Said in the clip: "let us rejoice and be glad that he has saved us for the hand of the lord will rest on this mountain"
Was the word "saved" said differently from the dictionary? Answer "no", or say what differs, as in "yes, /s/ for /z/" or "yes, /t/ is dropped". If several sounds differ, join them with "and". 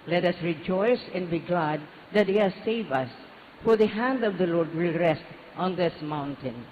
yes, /d/ is dropped